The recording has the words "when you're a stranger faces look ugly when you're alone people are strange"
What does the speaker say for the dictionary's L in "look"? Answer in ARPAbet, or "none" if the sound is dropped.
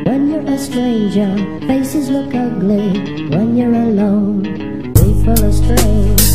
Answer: L